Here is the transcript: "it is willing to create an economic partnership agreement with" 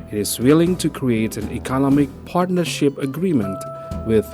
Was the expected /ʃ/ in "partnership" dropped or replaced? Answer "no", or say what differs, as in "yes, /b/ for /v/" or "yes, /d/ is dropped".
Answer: no